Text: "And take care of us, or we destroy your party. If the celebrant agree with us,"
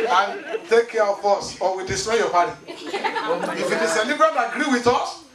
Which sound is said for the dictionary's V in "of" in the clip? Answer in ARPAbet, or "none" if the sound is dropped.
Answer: B